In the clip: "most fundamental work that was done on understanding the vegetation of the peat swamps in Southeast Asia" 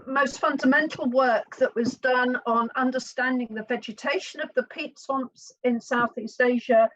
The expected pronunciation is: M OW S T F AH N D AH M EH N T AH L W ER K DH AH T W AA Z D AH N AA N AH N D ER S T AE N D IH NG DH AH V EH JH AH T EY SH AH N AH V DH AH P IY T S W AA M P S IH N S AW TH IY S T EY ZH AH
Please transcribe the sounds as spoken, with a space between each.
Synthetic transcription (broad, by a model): M OW S T F AH N D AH M EH N T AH L W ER K DH AH T W AA Z D AH N N AH N D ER S T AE N D IH NG DH AH V EH JH AH T EY SH AH N AH V DH AH P IY T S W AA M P S IH N S AW TH IY S T EY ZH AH